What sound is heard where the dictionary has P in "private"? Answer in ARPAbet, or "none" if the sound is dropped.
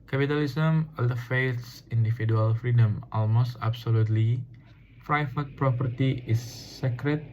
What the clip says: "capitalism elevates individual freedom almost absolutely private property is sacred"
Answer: F